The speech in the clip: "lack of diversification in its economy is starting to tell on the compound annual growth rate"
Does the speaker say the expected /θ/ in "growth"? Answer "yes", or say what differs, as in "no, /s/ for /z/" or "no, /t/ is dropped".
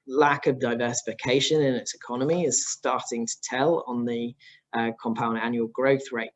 yes